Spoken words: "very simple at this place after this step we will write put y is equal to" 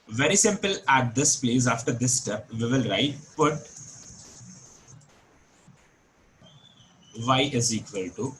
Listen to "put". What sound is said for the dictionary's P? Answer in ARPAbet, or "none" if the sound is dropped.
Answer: B